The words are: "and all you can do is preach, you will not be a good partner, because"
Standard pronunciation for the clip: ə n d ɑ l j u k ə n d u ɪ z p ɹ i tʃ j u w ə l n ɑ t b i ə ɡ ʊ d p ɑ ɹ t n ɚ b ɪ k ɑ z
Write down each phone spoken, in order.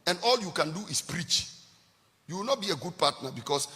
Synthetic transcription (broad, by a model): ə n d ɑ l j u k ə n d u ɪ s p ɹ i tʃ j u w ə l n ɑ t b i ə ɡ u d p ɑ t n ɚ b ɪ k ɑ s